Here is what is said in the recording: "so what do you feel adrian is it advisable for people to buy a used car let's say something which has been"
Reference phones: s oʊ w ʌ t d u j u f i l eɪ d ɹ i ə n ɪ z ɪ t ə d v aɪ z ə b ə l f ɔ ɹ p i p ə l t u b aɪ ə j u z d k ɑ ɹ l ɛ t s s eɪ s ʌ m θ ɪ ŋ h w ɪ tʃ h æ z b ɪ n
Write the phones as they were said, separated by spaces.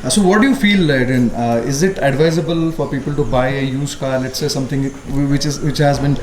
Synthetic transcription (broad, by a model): s oʊ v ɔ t d u j u f i l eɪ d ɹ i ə n ɪ z ɪ t ə d v aɪ z ə b ə l f ɔ ɹ p i p ə l t u b aɪ ə j u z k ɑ l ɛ t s s eɪ s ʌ m t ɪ ŋ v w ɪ tʃ h æ z b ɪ n